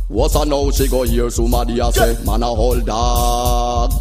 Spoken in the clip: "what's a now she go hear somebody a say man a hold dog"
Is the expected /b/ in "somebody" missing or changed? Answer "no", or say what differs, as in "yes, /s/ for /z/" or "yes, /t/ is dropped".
yes, /b/ is dropped